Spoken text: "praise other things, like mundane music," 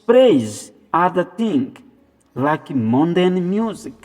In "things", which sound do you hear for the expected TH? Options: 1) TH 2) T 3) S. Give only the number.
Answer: 2